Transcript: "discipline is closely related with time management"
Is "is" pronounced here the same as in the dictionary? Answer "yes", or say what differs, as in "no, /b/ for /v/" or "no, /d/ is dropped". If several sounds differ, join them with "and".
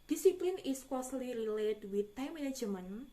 no, /s/ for /z/